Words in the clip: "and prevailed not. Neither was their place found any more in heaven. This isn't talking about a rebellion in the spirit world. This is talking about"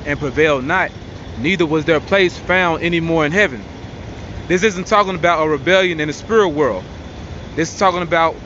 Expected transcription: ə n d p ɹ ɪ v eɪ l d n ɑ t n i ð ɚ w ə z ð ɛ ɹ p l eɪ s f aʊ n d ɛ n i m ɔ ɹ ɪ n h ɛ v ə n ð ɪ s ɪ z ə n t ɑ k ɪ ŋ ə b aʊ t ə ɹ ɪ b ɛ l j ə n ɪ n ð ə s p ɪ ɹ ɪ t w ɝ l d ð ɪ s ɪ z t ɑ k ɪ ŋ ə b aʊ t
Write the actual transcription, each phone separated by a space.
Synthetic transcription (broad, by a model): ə n p ɹ ɪ v eɪ l d n ɑ t n i ð ɚ w ə z ð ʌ ɹ p l eɪ s f aʊ n d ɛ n i m ɔ ɹ ɪ n h ɛ v ə n ð ɪ s ɪ z ə n t ɑ k ɪ ŋ ə b aʊ t ə ɹ ɪ b ɛ l j ə n ɪ n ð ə s p ɪ ɹ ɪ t w ɝ l d ð ɪ s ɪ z t ɑ k ɪ ŋ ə b aʊ t